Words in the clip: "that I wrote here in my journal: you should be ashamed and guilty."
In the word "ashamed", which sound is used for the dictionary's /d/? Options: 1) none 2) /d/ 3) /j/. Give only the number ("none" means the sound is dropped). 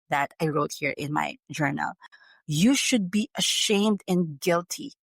2